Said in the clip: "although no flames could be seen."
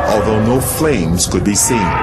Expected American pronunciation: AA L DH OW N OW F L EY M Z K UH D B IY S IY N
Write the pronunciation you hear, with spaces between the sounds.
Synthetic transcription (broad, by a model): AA L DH OW N OW F L EY M Z K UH D B IY S IY N